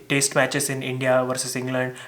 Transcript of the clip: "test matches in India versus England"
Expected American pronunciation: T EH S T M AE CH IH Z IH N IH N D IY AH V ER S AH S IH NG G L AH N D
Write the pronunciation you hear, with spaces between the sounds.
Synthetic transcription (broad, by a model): T EH S T M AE CH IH S IH N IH N D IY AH V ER S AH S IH NG G L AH N D